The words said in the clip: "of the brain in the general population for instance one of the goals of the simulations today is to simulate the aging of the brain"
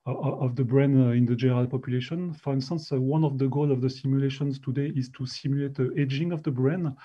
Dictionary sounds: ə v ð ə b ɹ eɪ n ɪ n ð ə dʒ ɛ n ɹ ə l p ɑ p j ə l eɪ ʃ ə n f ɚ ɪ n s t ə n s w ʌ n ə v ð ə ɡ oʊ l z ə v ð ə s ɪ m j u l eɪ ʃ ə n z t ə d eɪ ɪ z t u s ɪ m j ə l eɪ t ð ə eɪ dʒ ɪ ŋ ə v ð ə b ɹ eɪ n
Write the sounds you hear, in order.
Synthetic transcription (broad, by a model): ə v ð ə b ɹ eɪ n ɪ n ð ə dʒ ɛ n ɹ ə l p ɑ p j ə l eɪ ʃ ə n f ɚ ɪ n s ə n s w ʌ n ə v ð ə ɡ oʊ l ə v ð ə s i m j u l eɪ ʃ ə n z t ə d eɪ ɪ z t u s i m j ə l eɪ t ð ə eɪ dʒ ɪ ŋ ə v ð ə b ɹ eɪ n